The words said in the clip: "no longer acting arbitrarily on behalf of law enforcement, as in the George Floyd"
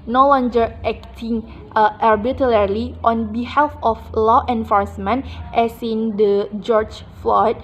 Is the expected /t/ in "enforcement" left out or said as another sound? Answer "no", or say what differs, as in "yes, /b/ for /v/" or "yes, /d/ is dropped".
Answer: no